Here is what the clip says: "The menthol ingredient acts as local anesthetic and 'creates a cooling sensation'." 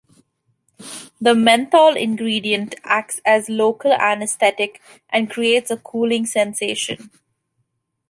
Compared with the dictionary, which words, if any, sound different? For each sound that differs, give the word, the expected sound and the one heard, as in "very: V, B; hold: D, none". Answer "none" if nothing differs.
menthol: TH, T; anesthetic: TH, T